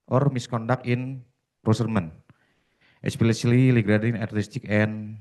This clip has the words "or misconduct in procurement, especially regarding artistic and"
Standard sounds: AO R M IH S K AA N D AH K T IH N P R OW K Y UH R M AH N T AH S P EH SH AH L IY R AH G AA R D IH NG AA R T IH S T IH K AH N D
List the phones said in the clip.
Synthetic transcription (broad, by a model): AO R M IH S K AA N D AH K IH N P R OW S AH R M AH N T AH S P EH S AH L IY L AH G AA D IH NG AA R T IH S T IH K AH N